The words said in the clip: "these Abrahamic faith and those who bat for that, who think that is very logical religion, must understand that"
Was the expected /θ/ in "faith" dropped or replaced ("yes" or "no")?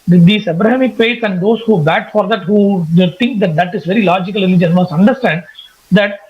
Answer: yes